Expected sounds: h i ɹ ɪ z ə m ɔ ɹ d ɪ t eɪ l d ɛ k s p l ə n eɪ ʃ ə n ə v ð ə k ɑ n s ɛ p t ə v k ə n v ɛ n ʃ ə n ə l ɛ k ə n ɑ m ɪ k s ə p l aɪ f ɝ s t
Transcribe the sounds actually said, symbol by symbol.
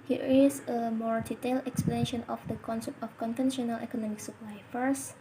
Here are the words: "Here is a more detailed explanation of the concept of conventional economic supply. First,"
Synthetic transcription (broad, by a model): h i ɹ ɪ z ə m ɔ ɹ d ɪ t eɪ l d ɛ k s p l ə n eɪ ʃ ə n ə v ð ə k ɑ n s ɛ p t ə f k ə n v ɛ n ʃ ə n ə l ɛ k ə n ɑ m ɪ k s ə p l aɪ f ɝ s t